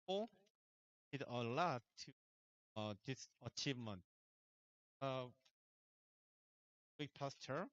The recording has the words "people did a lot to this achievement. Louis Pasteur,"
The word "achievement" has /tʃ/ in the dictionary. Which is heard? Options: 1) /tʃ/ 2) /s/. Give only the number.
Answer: 1